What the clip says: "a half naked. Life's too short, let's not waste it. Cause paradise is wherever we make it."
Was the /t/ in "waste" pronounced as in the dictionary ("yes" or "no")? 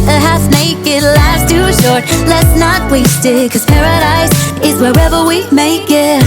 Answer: yes